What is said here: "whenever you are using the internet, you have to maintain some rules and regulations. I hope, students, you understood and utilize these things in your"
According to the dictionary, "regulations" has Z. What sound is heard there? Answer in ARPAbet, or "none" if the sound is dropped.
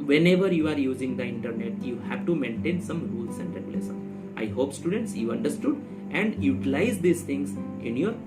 none